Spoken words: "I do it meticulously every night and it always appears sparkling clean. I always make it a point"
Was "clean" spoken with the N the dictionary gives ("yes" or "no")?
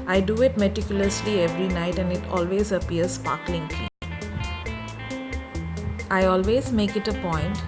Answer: no